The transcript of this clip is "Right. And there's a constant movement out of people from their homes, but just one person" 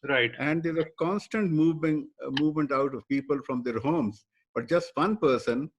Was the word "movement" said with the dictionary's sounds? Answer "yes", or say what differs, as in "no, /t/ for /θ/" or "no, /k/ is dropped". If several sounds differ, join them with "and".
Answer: yes